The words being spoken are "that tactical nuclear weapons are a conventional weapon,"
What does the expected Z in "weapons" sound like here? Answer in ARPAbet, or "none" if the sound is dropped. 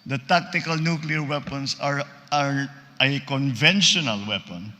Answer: S